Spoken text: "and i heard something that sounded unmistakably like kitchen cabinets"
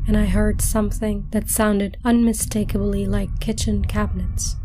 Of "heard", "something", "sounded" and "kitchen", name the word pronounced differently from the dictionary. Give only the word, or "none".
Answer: none